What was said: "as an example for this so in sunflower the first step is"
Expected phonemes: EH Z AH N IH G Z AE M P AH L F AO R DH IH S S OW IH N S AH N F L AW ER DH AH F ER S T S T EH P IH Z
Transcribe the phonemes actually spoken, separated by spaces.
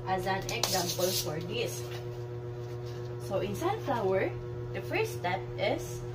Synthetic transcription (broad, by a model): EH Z AH N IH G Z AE M P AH L F AO R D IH S S OW IH N S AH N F L AW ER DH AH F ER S S T EH P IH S